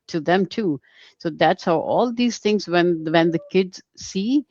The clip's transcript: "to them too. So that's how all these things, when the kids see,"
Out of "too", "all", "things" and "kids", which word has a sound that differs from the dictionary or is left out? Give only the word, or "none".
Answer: things